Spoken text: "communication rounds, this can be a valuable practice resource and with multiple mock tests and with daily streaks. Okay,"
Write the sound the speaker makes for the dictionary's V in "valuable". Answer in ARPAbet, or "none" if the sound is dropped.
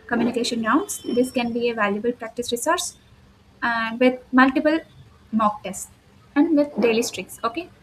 V